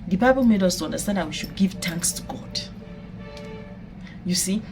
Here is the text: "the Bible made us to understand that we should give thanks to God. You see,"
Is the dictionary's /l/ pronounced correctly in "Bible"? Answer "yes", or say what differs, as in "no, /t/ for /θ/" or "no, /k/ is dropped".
no, /n/ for /l/